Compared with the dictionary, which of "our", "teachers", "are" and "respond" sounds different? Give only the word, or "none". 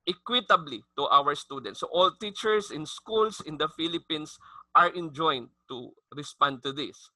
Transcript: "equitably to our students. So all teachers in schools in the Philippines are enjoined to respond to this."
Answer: teachers